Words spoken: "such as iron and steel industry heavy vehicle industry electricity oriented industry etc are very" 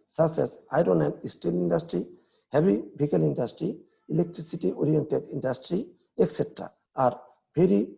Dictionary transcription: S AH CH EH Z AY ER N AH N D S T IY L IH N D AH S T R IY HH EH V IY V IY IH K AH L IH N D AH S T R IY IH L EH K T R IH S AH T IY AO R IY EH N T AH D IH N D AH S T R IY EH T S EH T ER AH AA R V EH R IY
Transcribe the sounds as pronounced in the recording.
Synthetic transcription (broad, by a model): S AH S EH S AY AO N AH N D S T IY L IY N D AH S T R IY HH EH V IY B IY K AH L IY N D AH S T R IY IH L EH K T R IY S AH T IY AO R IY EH N T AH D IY N D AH S T R IY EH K S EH T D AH AA R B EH R IY